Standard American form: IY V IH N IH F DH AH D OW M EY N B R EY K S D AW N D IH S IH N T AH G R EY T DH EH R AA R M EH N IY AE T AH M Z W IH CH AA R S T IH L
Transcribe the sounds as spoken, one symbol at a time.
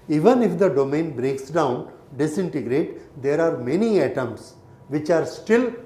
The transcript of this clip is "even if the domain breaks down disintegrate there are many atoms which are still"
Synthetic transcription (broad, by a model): IY V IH N IH F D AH D OW M EY N B R EY K S D AW N D IH S IH N T AH G R EY T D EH R AA R M EH N IY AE T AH M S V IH CH AA R S T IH L